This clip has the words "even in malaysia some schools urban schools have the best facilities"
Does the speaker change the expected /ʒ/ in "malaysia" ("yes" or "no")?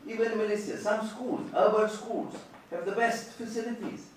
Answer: yes